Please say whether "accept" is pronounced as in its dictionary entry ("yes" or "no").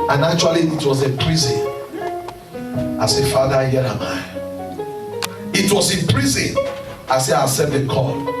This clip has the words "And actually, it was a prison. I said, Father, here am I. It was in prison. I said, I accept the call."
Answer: no